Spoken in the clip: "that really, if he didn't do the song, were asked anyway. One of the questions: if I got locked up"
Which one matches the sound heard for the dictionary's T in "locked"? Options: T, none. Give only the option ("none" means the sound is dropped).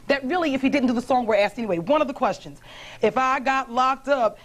T